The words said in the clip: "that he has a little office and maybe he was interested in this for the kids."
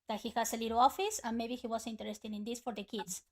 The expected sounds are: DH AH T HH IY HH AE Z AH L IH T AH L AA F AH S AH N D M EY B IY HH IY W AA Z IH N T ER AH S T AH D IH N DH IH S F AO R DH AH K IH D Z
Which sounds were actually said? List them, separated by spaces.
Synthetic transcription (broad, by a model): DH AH T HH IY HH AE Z AH L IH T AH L AA F AH S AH N M EY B IY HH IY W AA S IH N T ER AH S T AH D IH N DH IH S F AO R DH AH K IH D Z